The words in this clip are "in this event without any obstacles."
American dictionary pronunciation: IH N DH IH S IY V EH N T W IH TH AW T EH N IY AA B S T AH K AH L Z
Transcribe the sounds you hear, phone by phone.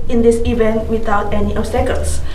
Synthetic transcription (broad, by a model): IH N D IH S IY V EH N T W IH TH AW T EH N IY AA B S T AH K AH L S